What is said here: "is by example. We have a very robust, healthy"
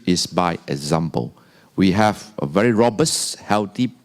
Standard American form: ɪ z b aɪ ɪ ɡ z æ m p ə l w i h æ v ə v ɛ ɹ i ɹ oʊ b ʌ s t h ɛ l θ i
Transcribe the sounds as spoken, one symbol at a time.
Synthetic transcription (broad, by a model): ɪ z b aɪ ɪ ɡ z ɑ m p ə l w i h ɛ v ə v ɛ ɹ i ɹ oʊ b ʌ s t h ɛ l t i